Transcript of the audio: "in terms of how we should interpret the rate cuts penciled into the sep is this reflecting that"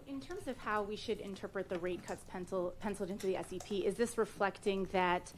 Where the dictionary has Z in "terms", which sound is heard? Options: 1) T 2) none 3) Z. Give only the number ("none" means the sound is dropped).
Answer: 3